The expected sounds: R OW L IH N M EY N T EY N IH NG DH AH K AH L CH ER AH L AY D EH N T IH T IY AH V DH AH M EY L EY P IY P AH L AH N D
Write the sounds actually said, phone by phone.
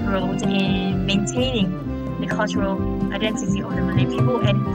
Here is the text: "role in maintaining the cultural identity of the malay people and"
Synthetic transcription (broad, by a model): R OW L IH N M EY N T EY N IH NG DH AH K AH L CH ER AH L AY D EH N T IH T IY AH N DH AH M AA N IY P IY P AH L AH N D